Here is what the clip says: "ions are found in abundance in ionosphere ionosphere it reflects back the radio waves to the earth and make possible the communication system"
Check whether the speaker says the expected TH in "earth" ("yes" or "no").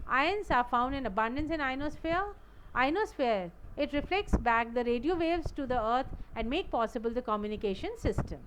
no